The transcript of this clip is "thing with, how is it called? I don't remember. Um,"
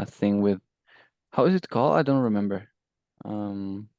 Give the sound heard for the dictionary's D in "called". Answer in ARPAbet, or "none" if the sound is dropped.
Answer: none